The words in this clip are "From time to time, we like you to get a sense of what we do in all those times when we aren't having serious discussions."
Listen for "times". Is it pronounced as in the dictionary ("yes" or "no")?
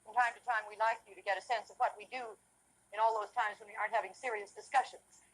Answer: yes